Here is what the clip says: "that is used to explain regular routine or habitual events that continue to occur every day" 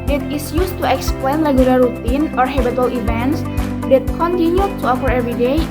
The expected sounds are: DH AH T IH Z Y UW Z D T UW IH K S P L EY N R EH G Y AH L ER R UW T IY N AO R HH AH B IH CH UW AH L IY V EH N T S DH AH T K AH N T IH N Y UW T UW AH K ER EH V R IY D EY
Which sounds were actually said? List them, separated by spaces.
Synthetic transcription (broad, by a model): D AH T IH S Y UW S T UW IH K S P L EY N L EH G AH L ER R UW T IY N AO R HH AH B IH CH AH L IY V EH N T S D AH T K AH N T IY N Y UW T UW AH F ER EH V R IY D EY